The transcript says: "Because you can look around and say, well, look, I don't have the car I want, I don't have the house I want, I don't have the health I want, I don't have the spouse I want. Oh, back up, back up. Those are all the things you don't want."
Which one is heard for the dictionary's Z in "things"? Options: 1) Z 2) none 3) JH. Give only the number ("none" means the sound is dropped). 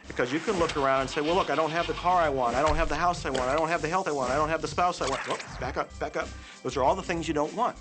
1